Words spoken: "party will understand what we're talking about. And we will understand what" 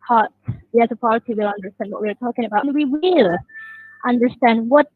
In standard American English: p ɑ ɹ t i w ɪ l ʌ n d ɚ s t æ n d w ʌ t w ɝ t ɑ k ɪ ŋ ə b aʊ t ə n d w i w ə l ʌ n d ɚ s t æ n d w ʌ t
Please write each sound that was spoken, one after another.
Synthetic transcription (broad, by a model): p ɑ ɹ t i w ɪ l ʌ n d ɚ s t æ n d w ʌ t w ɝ t ɑ k ɪ ŋ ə b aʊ ə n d w i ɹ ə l ʌ n d ɚ s t æ n d w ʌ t